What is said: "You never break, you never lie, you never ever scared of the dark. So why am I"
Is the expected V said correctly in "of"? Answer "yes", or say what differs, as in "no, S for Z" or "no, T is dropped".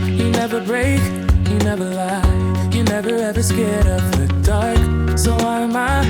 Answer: no, P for V